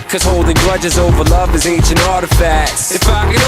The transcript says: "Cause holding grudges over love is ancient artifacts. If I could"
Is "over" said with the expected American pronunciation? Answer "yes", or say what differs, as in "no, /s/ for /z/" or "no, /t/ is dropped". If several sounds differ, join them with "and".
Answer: yes